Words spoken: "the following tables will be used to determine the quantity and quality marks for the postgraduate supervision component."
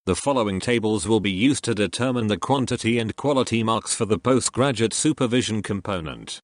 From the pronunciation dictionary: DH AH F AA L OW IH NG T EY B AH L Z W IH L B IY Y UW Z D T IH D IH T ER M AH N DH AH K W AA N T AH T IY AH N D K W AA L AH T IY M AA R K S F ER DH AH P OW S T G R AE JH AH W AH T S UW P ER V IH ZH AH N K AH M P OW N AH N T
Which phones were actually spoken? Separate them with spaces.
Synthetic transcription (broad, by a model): DH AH F AA L OW IH NG T EY B AH L Z W IH L B IY Y UW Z T IH D IH T ER M AH N DH AH K W AA N T AH T IY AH N K W AA L AH T IY M AA R K S F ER DH AH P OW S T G R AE JH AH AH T S UW P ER V IH ZH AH N K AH M P OW N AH N T